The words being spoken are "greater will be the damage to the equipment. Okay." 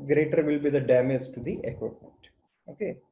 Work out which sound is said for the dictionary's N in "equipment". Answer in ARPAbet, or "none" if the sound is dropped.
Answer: none